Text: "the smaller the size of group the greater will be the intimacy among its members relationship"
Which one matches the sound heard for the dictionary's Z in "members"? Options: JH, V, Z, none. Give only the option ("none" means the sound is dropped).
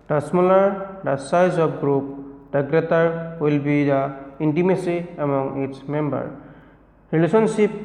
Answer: none